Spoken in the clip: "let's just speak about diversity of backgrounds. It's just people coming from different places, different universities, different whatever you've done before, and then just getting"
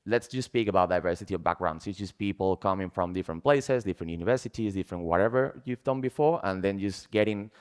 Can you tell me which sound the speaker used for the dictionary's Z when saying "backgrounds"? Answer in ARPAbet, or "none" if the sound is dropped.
S